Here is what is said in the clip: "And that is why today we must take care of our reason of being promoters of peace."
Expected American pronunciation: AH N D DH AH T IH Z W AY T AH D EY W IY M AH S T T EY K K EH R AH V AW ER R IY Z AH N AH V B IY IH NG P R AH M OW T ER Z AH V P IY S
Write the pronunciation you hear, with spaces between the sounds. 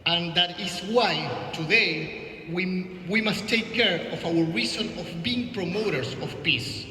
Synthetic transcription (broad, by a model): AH N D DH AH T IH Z W AY T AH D EY W IY M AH S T T EY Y K EH R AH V AW ER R IY S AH N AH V B IY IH NG P R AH M OW T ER S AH F P IY S